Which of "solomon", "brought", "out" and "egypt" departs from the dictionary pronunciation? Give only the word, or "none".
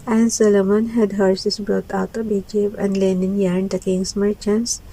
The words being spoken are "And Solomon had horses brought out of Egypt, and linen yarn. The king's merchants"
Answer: egypt